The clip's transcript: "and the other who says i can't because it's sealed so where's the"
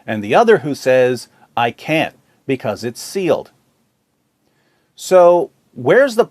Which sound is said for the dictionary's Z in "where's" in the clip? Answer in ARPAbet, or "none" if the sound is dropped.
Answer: Z